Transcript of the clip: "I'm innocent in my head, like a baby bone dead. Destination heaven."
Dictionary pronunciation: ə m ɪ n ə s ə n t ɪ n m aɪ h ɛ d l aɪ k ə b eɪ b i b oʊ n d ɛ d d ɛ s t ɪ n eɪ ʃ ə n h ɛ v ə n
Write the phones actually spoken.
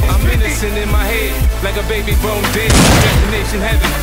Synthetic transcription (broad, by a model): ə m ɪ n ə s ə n ɪ n m aɪ h ɛ d l aɪ k ə b eɪ b i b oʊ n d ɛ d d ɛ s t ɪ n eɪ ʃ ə n h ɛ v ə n